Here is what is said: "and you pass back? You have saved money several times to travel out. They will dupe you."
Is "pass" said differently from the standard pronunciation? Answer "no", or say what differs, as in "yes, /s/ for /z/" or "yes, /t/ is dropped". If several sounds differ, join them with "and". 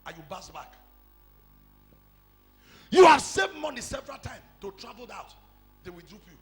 yes, /b/ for /p/